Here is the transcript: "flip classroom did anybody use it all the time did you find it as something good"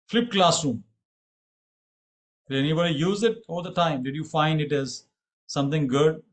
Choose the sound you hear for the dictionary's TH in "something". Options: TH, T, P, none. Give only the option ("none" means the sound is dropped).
T